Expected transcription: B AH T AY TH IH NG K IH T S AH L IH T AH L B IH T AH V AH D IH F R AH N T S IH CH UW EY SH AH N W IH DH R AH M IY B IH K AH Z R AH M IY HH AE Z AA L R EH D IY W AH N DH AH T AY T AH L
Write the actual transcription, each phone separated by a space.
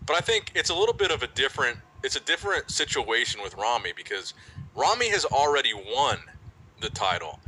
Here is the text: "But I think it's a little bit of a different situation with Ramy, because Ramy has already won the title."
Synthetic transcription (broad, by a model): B AH T AY TH IH NG K IH T S AH L IH T L B IH T AH V AH D IH F R AH N T S IH CH UW EY SH AH N W IH DH R AH M IY B IH K AH Z R AH M IY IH Z L R EH D IY W AH N DH AH T AY T L